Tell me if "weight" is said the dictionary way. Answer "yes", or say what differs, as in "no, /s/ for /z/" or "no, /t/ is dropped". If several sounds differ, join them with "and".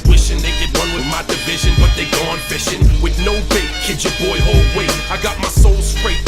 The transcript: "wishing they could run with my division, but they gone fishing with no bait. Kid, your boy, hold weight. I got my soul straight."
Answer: no, /t/ is dropped